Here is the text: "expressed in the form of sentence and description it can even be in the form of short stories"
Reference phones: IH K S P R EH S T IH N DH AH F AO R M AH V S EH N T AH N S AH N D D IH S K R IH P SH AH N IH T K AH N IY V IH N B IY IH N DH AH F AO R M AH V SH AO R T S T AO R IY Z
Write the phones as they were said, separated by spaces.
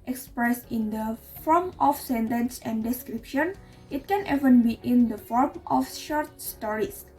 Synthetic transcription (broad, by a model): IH K S P R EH S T IH N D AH F AO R M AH F S EH N T AH N S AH N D D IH S K R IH P SH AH N IH T K AH N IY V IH N B IY IH N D AH F AO R M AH F SH AO R T S T AO R IY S